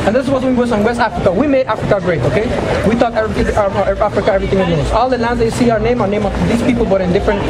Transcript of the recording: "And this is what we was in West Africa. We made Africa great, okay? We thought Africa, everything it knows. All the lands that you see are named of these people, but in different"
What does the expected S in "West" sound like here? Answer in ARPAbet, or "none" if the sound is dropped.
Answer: S